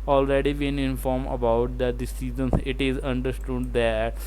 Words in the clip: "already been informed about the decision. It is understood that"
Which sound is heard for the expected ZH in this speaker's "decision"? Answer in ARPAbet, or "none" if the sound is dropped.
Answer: Z